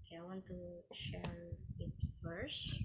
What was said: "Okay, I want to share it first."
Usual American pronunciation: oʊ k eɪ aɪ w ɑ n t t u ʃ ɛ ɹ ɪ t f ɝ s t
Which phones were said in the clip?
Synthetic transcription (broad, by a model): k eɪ aɪ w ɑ n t t u ʃ ɛ ɹ ɪ t f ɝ s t